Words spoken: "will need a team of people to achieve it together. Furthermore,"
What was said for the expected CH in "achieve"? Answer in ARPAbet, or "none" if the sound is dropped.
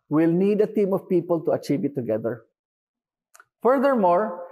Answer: CH